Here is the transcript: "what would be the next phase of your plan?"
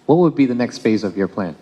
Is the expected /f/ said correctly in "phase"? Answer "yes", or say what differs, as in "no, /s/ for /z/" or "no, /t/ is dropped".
yes